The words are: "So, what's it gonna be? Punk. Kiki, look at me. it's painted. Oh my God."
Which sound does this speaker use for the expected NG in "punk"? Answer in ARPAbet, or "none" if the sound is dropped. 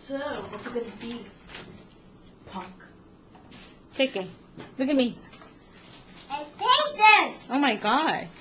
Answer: none